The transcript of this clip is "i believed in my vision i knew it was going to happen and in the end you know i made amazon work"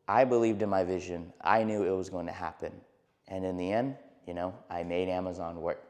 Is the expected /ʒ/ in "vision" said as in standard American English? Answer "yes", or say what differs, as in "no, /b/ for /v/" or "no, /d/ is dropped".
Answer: yes